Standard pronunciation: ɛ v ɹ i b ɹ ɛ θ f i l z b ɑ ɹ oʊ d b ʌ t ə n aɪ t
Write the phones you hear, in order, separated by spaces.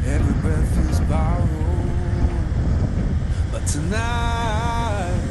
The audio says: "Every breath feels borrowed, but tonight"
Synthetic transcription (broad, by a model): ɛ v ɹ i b ɛ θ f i z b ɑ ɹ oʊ b ʌ t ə n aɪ t